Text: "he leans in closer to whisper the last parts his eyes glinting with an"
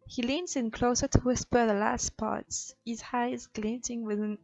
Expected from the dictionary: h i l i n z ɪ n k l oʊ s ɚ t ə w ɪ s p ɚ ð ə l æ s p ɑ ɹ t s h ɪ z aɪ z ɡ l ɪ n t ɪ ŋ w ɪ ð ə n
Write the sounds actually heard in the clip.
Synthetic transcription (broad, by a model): h i l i n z ɪ n k l oʊ s ɚ t ə w ɪ s p ɚ ð ə l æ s p ɑ ɹ t s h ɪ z aɪ z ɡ l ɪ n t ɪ ŋ w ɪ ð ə n